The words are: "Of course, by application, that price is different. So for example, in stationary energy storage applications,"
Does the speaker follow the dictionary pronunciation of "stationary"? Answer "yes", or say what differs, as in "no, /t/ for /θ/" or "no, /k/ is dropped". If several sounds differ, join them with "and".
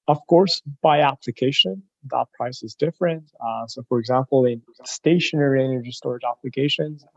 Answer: yes